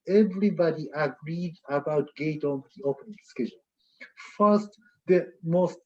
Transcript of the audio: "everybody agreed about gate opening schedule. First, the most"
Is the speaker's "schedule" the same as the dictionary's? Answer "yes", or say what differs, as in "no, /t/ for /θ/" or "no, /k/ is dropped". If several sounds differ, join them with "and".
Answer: no, /n/ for /l/